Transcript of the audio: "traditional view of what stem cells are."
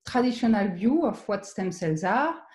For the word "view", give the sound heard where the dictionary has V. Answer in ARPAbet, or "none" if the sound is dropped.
B